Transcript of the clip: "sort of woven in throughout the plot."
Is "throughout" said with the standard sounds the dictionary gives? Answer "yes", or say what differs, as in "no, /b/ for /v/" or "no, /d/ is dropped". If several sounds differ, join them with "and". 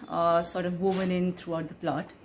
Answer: no, /t/ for /θ/